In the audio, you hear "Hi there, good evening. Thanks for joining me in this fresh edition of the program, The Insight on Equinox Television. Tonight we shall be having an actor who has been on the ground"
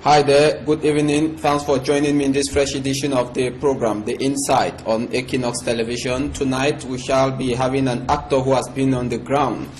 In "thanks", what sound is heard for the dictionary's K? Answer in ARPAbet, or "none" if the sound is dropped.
none